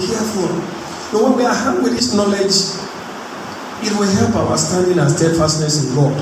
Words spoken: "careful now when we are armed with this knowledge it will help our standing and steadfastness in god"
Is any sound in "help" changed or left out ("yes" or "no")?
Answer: no